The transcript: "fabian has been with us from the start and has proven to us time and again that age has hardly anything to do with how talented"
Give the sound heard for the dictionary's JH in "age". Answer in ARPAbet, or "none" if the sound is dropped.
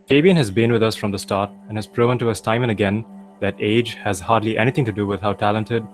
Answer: JH